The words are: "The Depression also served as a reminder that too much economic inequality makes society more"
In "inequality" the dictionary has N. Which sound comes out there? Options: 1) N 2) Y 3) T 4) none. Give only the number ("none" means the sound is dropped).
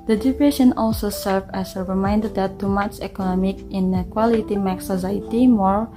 1